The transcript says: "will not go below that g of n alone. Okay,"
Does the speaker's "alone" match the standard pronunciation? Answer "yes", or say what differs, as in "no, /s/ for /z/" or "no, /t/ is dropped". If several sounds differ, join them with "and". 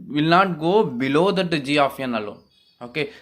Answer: no, /n/ is dropped